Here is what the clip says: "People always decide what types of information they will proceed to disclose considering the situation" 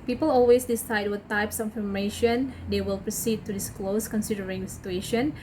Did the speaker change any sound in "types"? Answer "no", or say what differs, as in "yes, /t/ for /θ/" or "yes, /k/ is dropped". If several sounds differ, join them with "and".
no